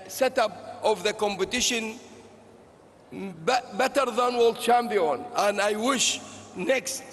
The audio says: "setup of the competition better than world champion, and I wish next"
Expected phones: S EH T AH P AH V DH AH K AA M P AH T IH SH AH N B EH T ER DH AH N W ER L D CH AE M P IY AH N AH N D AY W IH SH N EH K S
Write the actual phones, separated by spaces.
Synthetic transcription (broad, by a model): S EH T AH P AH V DH AH K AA M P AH T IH SH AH N B EH T ER DH AH N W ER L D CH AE M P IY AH N AH N D AY W IH SH N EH K S